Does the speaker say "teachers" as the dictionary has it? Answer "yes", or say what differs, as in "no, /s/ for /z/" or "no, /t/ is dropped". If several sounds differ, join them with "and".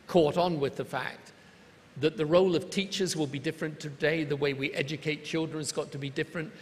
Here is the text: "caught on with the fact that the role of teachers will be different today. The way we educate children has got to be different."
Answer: yes